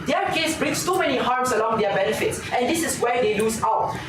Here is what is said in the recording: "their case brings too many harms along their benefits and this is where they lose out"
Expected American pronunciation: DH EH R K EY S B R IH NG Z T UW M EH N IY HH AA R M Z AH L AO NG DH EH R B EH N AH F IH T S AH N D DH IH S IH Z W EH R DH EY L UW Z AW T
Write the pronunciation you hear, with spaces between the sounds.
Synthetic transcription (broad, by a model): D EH K EY S B R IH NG S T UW M EH N IY HH AA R M S AH L AO NG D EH B EH N AH F IH T S AH N D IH S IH S W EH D EY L UW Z AW T